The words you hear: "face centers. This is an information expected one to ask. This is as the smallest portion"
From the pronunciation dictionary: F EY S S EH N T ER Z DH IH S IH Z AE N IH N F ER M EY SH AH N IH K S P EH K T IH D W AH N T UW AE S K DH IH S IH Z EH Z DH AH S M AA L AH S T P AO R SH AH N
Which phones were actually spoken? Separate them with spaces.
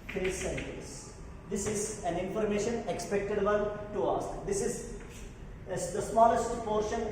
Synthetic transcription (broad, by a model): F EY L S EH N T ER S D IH S IH Z AE N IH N F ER M EY SH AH N IH K S P EH K T IH D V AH L T UW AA S K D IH S IH Z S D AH S M AA L AH S T P AO R SH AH N